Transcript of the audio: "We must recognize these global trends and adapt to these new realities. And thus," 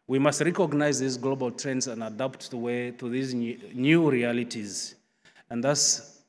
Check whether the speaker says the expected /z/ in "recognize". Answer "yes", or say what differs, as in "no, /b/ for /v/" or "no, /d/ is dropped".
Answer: yes